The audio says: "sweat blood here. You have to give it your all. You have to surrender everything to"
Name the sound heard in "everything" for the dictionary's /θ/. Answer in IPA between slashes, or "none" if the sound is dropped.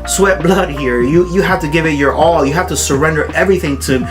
/θ/